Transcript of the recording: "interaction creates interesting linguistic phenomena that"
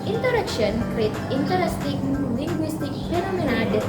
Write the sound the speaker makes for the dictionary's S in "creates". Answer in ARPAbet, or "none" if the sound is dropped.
none